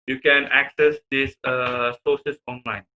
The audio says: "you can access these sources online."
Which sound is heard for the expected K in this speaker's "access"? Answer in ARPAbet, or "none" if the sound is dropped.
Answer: K